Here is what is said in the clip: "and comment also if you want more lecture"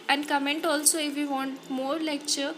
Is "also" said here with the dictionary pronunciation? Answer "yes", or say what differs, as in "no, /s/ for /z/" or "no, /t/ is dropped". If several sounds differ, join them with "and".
yes